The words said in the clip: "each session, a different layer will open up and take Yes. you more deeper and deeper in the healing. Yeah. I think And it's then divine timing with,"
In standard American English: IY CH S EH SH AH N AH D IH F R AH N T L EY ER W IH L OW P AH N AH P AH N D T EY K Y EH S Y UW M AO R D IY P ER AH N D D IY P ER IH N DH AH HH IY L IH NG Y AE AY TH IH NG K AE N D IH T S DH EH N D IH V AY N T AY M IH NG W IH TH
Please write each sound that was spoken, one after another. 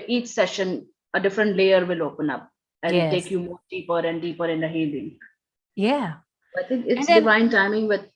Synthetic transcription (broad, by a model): IY CH S EH SH AH N AH D IH F R AH N T L EY ER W IH L OW P AH N AH P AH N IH T EY K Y Y UW M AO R D IY P ER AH N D D IY P ER IH N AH HH IY L IH NG Y AE AY T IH NG K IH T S D IH V AY N T AY M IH NG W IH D